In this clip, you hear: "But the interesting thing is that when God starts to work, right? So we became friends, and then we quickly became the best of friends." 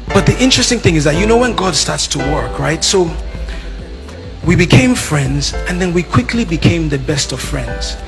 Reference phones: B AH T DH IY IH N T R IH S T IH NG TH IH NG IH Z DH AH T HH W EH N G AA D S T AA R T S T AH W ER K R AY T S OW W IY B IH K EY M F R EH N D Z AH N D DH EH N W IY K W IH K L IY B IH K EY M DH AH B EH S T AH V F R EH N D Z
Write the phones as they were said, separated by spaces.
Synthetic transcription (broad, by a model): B AH T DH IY IH N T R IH S T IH NG TH IH NG IH Z DH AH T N W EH N G AA D S T AA R T S T AH W ER K R AY T S OW W IY B IH K EY M F R EH N D Z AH N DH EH N W IY K W IH K L IY B IH K EY M DH AH B EH S T AH V F R EH N D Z